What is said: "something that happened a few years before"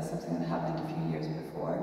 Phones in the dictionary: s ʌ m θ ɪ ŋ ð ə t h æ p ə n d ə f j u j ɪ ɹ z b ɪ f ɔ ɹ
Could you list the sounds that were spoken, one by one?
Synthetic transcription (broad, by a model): s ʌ m θ ɪ ŋ ð ə t h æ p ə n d ə f j u j ɪ ɹ z b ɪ f ɔ ɹ